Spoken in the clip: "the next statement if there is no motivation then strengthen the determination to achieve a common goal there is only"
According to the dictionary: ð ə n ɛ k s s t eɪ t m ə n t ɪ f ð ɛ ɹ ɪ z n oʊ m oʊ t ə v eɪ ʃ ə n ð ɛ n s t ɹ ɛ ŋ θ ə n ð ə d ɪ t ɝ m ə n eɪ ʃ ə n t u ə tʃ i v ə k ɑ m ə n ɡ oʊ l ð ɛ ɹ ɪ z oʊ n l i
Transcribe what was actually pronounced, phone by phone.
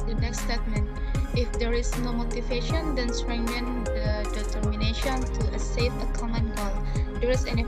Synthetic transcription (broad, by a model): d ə n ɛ k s s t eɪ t m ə n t ɪ f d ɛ ɹ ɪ s n oʊ m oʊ t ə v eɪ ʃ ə n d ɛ n s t ɹ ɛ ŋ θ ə n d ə d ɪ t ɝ m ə n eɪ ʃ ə n t u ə s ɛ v ə k ɑ m ə n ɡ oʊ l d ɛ ɹ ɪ s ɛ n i